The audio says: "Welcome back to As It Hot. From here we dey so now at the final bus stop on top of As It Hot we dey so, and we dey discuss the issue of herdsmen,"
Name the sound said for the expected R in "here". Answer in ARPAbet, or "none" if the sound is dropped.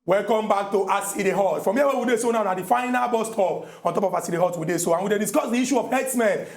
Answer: W